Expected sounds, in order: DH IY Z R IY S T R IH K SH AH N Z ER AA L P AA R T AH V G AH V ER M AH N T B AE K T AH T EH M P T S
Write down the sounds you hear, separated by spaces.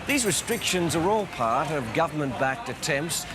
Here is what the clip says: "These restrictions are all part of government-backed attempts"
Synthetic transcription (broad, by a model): DH IY Z R IY S T R IH K SH AH N Z ER AA L P AA R T AH V G AH V ER M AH N B AE K T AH T EH M P T S